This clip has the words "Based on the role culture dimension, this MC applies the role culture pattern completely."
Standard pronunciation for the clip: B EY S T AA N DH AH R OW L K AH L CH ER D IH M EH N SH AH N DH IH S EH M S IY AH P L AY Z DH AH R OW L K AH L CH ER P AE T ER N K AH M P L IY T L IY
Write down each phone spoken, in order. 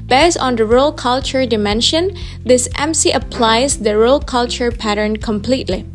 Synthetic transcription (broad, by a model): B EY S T AA N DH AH R OW L K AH L CH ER D IH M EH N SH AH N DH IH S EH M S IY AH P L AY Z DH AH R OW L K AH L CH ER P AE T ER N K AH M P L IY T L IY